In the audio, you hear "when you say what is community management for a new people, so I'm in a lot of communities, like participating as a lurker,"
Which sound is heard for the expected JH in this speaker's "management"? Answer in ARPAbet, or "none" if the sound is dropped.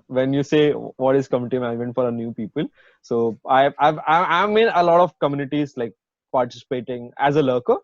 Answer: none